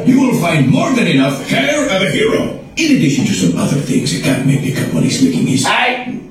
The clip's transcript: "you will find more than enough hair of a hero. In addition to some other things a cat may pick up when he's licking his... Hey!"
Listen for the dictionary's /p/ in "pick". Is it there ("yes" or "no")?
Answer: no